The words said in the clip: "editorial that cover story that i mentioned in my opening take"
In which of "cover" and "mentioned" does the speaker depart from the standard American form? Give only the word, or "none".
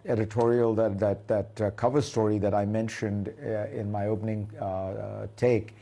none